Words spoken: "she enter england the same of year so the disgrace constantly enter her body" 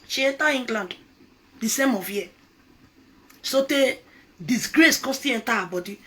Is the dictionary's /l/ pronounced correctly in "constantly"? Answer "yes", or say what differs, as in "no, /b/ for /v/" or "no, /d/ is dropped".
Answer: no, /l/ is dropped